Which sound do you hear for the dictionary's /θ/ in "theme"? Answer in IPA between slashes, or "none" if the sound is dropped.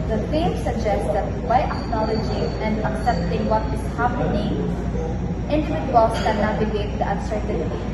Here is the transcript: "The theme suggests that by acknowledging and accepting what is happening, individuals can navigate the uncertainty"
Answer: /f/